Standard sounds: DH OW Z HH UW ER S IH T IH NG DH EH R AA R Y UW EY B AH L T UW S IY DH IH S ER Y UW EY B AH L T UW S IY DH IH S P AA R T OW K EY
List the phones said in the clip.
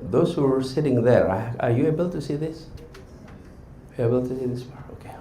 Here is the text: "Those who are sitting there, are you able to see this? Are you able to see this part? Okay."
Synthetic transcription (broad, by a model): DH OW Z HH UW ER S IH T IH NG DH EH R AA R Y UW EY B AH L T UW S IY DH IH S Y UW EY B AH L T UW S IY DH IH S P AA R OW K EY